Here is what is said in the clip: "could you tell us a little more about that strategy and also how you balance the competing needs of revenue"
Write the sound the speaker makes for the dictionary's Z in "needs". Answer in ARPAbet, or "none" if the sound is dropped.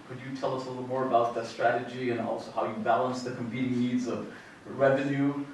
Z